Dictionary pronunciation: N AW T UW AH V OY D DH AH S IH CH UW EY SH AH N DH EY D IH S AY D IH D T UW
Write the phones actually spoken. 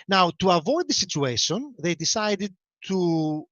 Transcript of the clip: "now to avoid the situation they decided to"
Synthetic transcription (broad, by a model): N AW T UW AH V OY D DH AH S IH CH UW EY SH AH N DH EY D IH S AY D IH D T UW